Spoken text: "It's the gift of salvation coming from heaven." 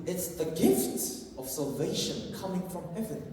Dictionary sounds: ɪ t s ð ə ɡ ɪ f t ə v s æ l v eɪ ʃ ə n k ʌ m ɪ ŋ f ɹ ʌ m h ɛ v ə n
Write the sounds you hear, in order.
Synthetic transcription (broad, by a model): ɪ t s ð ə ɡ ɪ f t ə v s æ l v eɪ ʃ ə n k ʌ m ɪ ŋ f ɹ ʌ m h ɛ v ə n